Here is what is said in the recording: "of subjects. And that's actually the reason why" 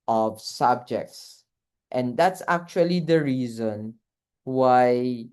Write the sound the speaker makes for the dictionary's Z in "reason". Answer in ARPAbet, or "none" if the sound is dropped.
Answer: Z